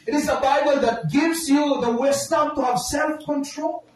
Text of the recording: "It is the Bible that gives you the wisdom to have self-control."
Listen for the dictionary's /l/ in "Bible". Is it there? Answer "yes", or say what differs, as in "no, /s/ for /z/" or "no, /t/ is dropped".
yes